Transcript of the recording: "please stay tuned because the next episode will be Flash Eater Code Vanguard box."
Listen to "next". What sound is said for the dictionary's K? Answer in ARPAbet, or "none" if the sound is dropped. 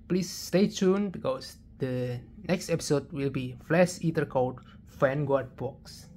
K